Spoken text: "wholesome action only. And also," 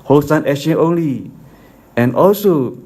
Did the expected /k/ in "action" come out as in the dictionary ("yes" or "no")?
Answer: no